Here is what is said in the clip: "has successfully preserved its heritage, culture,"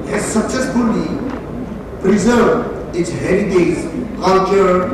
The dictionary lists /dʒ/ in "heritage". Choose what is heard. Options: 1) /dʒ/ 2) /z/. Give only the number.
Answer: 2